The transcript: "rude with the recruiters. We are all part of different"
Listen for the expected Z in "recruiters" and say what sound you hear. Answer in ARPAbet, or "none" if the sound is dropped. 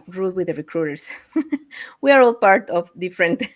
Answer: S